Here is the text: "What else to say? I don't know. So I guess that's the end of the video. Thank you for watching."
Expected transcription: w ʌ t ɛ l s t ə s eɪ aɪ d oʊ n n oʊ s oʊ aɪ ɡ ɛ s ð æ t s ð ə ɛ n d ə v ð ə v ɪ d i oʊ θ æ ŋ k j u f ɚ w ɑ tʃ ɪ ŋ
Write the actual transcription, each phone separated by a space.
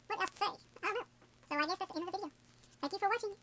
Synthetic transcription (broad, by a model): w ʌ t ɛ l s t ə s eɪ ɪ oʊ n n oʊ s oʊ aɪ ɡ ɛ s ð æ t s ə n ə v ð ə v ɪ d i oʊ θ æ ŋ k j u f ɚ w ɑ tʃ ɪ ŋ